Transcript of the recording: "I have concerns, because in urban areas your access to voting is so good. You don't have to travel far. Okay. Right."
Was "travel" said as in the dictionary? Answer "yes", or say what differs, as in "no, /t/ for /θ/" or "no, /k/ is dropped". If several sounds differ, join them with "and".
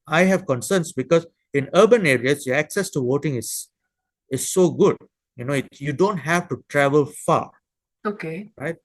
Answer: yes